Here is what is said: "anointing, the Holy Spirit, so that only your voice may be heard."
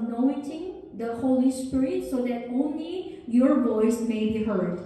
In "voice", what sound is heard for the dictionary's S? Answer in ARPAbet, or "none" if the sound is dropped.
S